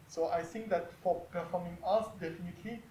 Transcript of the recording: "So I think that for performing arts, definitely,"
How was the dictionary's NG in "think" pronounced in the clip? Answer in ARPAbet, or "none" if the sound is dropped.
NG